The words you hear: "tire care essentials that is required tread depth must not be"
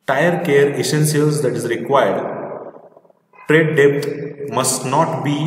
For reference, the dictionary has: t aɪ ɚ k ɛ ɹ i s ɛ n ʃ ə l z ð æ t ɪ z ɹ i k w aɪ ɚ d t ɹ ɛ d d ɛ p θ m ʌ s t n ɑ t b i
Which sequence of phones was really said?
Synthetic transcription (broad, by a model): t aɪ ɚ k ɛ ɹ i s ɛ n s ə l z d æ t ɪ z ɹ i k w aɪ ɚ d t ɹ ɛ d d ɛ p t m ʌ s t n ɑ t b i